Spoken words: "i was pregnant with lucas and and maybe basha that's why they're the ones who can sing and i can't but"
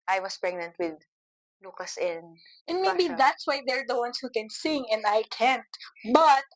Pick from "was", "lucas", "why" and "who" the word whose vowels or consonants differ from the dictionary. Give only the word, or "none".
was